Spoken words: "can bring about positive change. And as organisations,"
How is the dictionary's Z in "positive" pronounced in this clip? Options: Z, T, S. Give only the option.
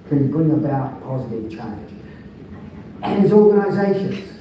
Z